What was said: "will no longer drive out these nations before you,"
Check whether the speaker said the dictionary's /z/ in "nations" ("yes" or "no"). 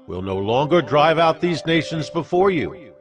yes